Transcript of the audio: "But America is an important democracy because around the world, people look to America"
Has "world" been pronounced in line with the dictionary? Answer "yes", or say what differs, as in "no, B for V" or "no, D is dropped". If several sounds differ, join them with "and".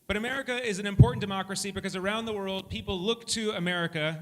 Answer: yes